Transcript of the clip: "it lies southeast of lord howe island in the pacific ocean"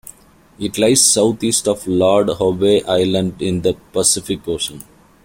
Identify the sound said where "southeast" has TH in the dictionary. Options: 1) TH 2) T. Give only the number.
2